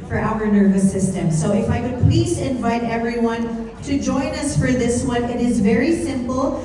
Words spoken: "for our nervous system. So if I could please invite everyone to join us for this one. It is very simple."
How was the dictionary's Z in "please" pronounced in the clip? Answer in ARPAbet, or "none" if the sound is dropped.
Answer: Z